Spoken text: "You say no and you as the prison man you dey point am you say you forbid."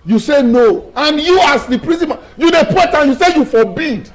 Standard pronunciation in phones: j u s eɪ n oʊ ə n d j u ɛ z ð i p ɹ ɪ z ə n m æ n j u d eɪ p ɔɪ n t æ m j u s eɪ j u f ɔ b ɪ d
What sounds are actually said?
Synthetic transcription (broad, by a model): j u s eɪ n oʊ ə n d j u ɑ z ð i p ɹ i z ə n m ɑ j u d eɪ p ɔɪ t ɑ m j u s eɪ j u f ɔ b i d